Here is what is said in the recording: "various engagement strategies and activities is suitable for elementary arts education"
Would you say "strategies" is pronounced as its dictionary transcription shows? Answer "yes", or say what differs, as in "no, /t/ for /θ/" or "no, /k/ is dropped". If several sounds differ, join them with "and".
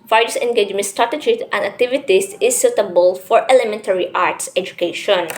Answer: no, /z/ is dropped